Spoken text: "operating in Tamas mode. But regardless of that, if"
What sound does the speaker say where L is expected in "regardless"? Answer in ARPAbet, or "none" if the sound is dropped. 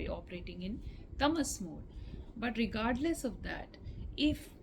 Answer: L